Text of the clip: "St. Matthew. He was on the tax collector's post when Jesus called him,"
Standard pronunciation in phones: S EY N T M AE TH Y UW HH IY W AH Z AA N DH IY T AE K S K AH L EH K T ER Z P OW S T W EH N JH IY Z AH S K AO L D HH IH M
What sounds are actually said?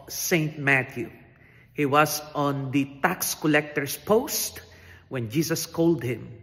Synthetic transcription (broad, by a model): S EY N T M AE T Y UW HH IY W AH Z AA N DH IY T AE K S K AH L EH K T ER S P OW S T W EH N JH IY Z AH S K AO L D HH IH M